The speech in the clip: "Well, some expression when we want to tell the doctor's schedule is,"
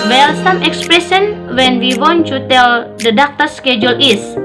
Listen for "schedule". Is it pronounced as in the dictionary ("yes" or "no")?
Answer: yes